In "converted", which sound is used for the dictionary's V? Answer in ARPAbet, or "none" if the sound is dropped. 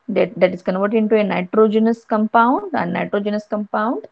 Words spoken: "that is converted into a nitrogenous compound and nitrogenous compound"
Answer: V